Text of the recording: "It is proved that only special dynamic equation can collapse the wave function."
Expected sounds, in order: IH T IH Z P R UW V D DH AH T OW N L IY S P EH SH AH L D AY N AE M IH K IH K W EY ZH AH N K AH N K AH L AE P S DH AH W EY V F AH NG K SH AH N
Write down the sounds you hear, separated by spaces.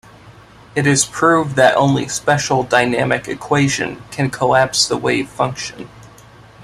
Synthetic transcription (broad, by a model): IH T IH Z P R UW V DH AH T OW N L IY S P EH SH L D AY N AE M IH K IH K W EY ZH AH N K AH N K AH L AE P S DH AH W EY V F AH NG K SH AH N